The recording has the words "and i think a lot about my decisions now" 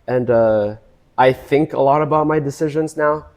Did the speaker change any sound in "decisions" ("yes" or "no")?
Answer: no